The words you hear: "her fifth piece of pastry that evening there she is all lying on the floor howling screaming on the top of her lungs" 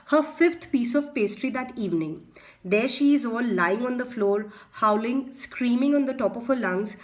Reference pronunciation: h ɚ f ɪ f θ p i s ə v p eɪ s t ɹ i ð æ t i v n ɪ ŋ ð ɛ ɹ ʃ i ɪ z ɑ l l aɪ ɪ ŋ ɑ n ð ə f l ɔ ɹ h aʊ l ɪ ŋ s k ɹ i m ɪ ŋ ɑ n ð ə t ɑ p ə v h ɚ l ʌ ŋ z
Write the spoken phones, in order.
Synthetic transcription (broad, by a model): h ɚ f ɪ f t p i s ə v p eɪ s t ɹ i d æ t i v n ɪ ŋ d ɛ ɹ ʃ i ɪ z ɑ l l aɪ ɪ ŋ ɑ n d ə f l ɔ ɹ h aʊ l ɪ ŋ s k ɹ i m ɪ ŋ ɑ n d ə t ɑ p ə v h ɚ l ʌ ŋ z